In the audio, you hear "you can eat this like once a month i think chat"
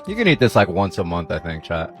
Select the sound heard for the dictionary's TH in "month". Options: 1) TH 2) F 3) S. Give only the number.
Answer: 1